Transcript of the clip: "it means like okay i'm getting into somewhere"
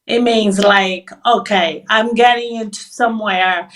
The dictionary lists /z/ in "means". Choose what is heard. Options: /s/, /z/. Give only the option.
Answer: /z/